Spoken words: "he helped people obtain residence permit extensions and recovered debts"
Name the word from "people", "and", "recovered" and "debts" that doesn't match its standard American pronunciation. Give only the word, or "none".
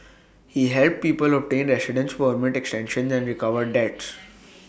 none